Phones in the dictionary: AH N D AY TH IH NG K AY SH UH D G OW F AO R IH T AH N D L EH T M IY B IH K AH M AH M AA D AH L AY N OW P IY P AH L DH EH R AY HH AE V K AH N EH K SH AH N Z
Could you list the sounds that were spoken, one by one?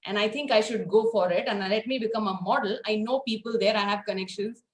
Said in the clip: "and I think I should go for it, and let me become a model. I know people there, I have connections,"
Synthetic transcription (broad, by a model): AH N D AY T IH NG K AY SH UH D G OW F AO R IH T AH N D L EH T M IY B IH K AH M AH M AA D AH L AY N OW P IY P AH L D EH R AY HH AE V K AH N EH K SH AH N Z